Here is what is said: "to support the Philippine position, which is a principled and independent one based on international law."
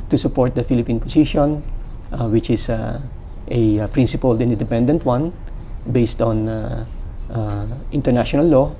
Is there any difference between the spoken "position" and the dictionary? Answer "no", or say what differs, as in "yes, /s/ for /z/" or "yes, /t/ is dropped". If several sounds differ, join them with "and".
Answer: yes, /s/ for /z/